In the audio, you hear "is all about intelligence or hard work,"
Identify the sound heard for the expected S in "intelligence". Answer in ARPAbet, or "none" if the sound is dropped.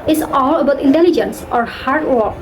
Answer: S